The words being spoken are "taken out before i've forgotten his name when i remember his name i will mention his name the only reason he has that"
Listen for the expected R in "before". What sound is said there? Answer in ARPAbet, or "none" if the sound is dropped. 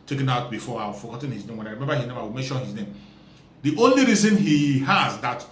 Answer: W